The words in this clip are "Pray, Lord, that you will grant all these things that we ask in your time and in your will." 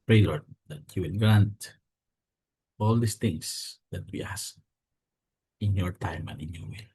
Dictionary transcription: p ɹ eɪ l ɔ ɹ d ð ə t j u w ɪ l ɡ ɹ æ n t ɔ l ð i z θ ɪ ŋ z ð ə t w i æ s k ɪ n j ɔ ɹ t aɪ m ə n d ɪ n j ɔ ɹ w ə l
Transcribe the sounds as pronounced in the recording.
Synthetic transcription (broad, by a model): p ɹ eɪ l ɔ ɹ d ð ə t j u w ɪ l ɡ ɹ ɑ n t ɔ l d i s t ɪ ŋ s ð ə t w i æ s ɪ n j ɔ ɹ t aɪ m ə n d ɪ n j ɔ ɹ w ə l